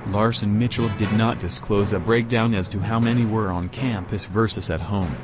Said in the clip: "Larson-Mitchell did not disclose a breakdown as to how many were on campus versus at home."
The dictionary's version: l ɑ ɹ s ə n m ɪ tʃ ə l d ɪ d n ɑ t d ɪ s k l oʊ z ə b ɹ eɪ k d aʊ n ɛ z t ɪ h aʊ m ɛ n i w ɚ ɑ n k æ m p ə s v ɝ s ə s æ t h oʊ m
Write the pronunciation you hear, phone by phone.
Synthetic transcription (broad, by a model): l ɑ ɹ s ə n m ɪ tʃ l d ɪ d n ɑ t d ɪ s k l oʊ z ə b ɹ eɪ k d aʊ n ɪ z t ɪ h aʊ m ɛ n i w ɚ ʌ n k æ m p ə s v ɝ s ə s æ t h oʊ m